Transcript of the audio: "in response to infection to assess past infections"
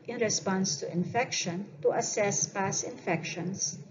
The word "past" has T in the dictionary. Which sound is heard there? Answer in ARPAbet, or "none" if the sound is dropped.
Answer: none